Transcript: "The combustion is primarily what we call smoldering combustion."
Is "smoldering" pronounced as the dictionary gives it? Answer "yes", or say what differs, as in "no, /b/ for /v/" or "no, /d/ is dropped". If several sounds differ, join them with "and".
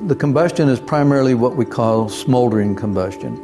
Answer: yes